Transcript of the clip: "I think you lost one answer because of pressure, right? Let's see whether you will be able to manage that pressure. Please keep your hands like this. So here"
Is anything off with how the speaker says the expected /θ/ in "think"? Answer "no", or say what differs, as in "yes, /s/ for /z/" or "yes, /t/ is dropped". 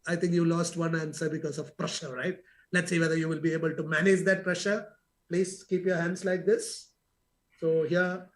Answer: yes, /t/ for /θ/